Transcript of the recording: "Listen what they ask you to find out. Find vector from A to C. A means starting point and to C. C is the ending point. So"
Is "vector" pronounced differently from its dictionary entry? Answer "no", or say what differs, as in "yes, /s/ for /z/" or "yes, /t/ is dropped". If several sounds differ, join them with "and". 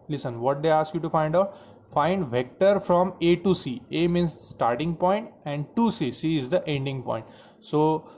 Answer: no